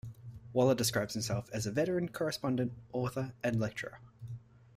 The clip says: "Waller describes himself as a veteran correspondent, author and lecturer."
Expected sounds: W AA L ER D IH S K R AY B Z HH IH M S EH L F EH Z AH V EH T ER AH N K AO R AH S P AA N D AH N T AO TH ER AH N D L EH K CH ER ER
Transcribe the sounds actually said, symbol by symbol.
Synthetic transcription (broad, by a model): W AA L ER D IH S K R AY B Z HH IH M S EH L F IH Z AH V EH T ER AH N K AO R AH S P AA N D AH N T AO TH ER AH N L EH K CH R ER